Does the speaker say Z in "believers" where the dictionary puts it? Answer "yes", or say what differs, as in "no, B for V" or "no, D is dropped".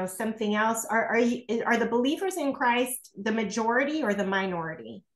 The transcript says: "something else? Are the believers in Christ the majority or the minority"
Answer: yes